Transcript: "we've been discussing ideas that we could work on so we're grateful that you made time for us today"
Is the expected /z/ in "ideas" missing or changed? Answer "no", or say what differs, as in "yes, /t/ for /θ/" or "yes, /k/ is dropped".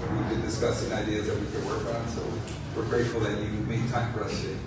no